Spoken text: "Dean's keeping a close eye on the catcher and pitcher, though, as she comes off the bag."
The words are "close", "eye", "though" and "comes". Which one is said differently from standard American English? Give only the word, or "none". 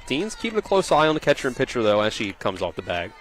none